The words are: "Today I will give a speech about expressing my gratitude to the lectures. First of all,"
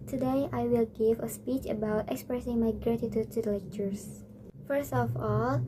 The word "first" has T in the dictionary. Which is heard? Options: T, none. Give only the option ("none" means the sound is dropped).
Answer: T